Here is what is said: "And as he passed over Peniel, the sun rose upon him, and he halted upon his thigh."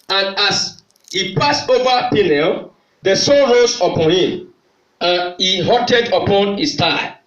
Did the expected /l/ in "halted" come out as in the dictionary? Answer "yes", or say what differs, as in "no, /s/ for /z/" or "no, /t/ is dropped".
no, /l/ is dropped